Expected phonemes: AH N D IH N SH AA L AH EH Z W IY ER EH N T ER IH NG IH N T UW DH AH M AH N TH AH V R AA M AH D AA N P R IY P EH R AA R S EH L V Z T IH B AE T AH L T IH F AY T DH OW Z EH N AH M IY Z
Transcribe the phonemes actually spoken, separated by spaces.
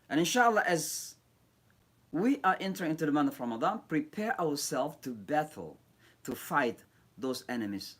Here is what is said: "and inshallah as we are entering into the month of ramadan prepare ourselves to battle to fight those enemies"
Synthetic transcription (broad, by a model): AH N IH N SH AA L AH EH Z W IY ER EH N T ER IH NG IH N T UW DH AH M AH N T AH V R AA M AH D AA N P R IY P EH R AA R S EH L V T IH B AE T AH L T IH F AY T DH OW Z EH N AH M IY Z